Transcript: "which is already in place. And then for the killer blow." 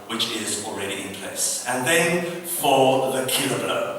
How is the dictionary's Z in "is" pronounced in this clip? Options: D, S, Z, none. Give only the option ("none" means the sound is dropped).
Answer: Z